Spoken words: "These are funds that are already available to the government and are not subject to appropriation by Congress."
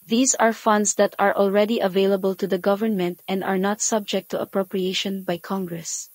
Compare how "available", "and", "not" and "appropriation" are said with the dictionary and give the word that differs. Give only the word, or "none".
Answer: none